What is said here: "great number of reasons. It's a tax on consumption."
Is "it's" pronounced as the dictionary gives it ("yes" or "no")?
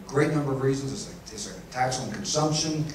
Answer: no